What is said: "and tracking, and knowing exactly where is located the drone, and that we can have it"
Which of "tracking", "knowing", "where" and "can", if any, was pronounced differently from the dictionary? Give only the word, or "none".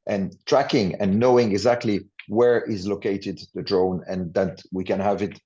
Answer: none